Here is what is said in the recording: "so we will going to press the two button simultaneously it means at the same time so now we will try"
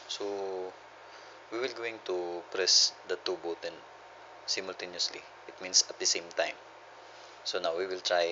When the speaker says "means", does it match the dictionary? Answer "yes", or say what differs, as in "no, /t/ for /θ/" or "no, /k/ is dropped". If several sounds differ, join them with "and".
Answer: no, /s/ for /z/